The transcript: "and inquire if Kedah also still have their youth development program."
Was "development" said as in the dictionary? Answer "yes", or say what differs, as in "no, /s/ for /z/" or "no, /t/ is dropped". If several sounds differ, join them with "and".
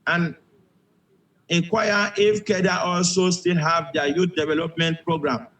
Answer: yes